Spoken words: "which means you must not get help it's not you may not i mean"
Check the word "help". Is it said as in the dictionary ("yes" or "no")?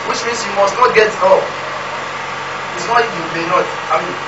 no